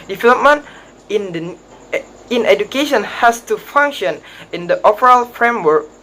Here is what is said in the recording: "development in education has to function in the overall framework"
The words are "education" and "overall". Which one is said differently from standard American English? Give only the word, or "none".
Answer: overall